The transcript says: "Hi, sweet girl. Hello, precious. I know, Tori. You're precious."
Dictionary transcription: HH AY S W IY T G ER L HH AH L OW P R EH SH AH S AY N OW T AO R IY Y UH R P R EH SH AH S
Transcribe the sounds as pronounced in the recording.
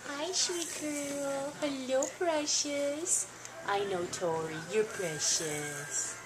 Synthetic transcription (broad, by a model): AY SH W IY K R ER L HH AH L OW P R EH SH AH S AY N OW T AO R IY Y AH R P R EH SH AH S